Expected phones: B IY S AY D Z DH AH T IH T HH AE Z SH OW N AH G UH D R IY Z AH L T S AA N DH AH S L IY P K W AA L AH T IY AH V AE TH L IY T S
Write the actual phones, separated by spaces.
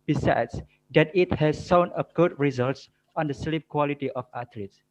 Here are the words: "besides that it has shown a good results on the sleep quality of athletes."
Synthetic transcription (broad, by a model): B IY S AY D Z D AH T IH T HH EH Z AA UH N AH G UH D R IY Z AH L T S AA N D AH S L IY P K W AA L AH T IY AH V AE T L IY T S